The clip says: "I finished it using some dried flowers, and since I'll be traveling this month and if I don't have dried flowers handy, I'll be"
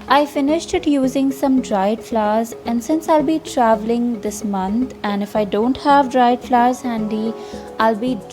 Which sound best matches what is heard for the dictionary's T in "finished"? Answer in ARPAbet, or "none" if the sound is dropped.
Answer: T